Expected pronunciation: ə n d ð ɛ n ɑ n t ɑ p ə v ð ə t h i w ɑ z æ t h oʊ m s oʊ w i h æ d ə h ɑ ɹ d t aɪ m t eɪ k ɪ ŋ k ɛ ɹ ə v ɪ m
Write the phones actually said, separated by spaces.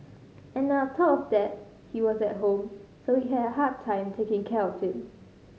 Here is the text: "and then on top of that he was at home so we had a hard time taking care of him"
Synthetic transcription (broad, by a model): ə n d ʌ ʌ t ɑ p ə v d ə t h i w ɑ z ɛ t h oʊ m s oʊ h i h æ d ə h ɑ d t aɪ m t eɪ k ɪ ŋ k ɛ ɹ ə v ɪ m